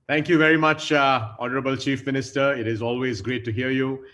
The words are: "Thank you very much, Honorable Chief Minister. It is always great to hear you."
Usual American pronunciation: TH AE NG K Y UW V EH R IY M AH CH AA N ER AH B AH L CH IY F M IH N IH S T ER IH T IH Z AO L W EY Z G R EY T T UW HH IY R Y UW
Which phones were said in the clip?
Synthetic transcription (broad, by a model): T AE NG K Y UW V EH R IY M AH CH AA N ER AH B AH L CH IY F M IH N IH S T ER IH T IH Z AO L W EY Z G R EY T T UW HH IY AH Y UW